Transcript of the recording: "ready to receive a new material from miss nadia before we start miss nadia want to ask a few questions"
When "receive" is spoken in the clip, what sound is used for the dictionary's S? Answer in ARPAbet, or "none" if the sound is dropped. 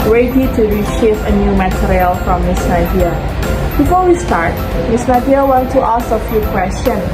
SH